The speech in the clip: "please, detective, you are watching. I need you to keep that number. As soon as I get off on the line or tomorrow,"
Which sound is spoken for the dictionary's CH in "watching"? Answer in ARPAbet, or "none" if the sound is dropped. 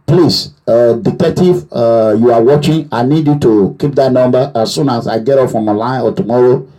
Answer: CH